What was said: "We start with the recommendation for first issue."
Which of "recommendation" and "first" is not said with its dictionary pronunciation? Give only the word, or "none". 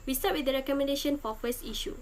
first